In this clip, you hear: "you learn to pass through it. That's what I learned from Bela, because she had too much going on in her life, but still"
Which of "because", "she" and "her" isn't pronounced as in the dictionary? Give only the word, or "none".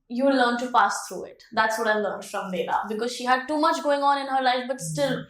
none